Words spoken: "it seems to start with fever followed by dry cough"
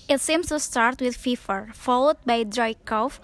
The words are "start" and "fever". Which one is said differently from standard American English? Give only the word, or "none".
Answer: fever